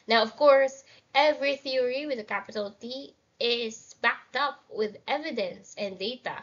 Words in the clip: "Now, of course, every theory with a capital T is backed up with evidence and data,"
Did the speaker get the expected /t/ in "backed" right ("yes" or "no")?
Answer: yes